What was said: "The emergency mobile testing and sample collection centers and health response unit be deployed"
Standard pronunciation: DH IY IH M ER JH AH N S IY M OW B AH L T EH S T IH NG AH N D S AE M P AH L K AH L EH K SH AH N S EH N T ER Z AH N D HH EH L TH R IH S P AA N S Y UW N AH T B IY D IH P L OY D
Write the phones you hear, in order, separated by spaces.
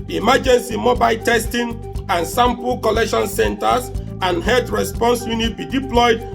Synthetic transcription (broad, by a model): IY M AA JH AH N S IY M OW B AH L T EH S T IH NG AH N S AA M P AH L K AH L EH K SH AH N S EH N T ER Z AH N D HH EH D R IH S P AA N S Y UW N AH T B IY D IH P L OY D